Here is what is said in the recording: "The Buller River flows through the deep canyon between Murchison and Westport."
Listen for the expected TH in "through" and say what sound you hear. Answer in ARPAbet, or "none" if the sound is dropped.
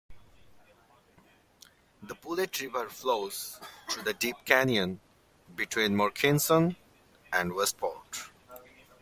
T